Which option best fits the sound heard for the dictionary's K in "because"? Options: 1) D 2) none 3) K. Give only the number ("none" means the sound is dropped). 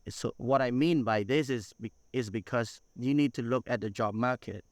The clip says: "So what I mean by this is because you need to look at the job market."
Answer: 3